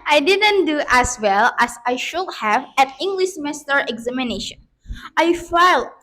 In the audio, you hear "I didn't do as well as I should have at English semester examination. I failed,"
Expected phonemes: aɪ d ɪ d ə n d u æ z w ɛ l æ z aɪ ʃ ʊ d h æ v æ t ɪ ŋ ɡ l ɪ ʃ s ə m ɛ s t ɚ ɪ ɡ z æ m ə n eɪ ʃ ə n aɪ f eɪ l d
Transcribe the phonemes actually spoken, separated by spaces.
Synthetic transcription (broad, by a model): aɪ d ɪ d ə n d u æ s w ɛ l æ s aɪ ʃ ʊ d h æ v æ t ɪ ŋ ɡ l ɪ ʃ m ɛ s t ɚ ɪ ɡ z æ m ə n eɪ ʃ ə n aɪ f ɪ l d